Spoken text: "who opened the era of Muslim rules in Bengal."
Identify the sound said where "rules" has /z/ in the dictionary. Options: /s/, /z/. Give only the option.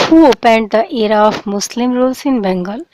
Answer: /s/